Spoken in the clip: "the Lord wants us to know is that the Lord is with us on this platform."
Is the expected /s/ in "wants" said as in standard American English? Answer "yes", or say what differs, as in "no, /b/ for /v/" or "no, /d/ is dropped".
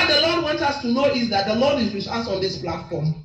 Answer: no, /s/ is dropped